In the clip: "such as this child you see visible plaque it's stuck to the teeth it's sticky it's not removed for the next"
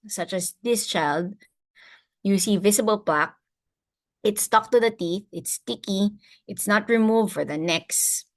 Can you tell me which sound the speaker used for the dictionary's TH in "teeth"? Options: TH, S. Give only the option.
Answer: TH